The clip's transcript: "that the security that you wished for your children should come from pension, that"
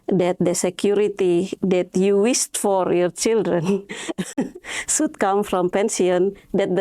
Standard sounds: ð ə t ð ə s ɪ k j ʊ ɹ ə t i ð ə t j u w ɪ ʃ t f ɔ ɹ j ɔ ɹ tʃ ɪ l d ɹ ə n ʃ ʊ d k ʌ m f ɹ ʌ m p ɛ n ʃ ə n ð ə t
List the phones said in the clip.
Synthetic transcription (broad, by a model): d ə t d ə s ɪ k j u ɹ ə t i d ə t j u w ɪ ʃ t f ɔ ɹ j ɔ ɹ tʃ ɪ l d ɹ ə n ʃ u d k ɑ m f ɹ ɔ m p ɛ n s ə n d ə t